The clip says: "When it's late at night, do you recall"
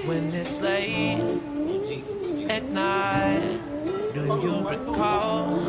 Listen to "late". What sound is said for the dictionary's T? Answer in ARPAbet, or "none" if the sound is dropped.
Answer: none